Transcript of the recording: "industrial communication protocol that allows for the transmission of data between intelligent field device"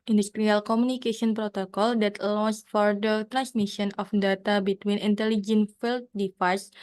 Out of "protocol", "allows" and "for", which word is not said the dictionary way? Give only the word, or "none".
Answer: allows